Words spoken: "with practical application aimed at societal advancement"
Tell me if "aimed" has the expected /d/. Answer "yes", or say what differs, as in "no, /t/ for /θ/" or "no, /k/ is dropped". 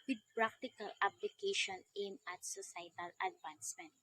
no, /d/ is dropped